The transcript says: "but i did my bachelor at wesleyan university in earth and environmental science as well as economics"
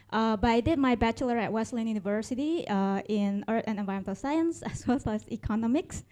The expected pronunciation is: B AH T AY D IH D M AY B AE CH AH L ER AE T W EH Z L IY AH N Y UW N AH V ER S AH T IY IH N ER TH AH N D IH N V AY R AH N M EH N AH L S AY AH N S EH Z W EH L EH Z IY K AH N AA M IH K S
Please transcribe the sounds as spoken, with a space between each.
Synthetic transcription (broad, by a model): B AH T AY D IH D M AY B AE CH AH L ER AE T W EH S L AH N Y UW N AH V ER S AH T IY IH N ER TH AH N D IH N V AY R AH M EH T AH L S AY AH N S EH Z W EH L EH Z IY K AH N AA M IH K S